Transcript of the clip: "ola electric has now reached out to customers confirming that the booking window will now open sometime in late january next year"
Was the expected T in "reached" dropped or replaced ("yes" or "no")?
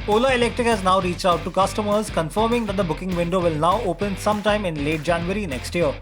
no